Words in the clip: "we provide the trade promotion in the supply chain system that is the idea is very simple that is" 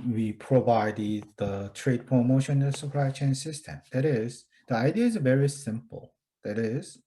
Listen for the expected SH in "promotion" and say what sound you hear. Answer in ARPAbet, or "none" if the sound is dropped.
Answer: none